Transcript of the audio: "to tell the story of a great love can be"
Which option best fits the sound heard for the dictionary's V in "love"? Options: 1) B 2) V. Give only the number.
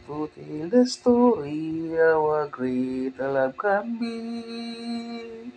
1